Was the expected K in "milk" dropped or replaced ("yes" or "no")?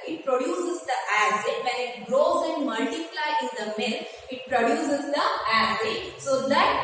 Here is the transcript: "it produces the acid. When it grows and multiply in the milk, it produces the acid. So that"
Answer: yes